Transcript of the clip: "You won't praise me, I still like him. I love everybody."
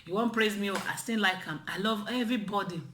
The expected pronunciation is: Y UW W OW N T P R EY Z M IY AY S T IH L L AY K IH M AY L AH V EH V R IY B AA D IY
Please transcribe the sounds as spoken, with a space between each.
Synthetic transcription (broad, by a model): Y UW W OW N P R EY Z M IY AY S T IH N L AY K IH M AY L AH V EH V R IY B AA D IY